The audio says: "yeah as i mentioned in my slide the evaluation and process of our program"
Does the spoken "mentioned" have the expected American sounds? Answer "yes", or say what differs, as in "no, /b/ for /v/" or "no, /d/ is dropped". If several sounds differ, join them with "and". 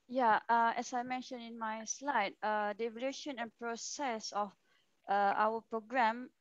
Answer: no, /d/ is dropped